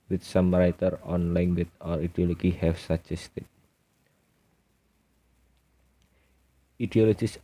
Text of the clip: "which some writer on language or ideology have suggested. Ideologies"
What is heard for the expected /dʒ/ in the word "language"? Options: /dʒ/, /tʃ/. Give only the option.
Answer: /tʃ/